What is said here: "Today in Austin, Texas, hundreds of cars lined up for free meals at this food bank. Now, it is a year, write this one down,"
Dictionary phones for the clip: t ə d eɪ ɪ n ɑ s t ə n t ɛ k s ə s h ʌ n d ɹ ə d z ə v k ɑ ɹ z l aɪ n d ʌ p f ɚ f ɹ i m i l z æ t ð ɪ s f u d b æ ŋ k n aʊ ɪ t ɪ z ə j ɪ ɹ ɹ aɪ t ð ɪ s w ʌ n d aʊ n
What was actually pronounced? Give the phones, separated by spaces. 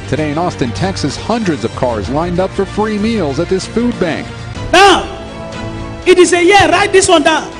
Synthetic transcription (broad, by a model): t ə d eɪ ɪ n ɑ s t ə n t ɛ k s ə s h ʌ n d ɹ ə d z ə v k ɑ ɹ z l aɪ n d ʌ p f ɚ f ɹ i m i l z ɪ t ð ɪ s f u d b æ ŋ k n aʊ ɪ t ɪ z ə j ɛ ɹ ɹ aɪ t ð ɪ s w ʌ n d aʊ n